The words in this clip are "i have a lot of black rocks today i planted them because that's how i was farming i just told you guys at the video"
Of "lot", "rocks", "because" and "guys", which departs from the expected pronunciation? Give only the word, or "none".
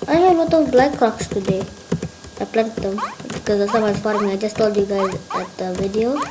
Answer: none